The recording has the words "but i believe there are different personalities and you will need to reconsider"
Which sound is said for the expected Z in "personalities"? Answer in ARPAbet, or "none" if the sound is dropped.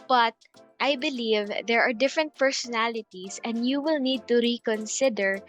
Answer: S